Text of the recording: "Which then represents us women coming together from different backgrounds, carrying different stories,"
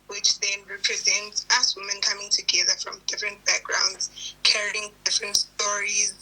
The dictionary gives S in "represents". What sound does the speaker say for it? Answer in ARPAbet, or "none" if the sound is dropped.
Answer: S